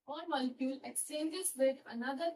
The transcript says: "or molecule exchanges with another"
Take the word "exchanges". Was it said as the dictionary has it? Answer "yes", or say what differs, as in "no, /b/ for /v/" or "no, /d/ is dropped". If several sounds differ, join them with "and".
no, /tʃ/ is dropped